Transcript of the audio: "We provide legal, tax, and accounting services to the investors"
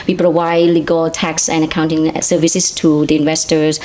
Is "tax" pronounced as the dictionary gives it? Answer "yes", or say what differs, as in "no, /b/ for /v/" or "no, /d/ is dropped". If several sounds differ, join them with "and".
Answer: yes